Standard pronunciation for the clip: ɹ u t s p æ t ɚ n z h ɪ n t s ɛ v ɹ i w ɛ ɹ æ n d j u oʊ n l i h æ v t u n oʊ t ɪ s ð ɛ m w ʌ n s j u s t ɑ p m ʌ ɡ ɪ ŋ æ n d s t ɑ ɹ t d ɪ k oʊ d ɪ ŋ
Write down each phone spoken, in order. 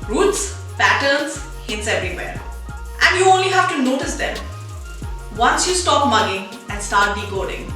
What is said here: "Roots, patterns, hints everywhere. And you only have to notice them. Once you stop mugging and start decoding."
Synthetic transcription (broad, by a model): ɹ u t s p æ t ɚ n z h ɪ t s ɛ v ɹ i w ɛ ɹ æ n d j u oʊ n l i h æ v t u n oʊ t ɪ s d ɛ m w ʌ n s j u s t ɑ p m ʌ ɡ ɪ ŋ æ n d s t ɑ ɹ t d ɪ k oʊ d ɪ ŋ